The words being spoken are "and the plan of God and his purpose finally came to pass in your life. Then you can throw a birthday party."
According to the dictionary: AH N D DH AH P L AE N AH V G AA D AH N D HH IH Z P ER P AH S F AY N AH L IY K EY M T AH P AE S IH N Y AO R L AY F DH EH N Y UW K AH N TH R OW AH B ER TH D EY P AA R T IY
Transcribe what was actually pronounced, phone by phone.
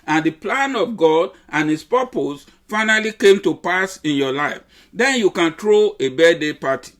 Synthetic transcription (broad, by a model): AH N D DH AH P L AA N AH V G AA D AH N HH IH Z P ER P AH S F AY N AH L IY K EY M T AH P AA S IH N Y AO L AY F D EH N Y UW K AH N T R OW AH B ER D EY P AA T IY